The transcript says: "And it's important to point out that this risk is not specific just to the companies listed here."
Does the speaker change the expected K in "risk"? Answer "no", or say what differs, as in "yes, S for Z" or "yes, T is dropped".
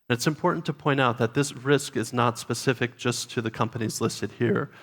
no